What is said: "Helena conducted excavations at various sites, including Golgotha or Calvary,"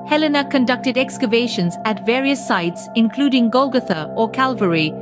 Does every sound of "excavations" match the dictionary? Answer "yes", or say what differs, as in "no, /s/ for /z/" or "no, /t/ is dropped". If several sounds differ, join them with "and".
yes